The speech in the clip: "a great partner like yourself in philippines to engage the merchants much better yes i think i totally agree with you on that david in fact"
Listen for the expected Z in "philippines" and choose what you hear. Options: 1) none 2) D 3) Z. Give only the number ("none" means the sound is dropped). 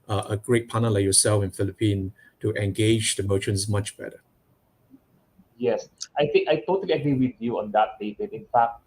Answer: 1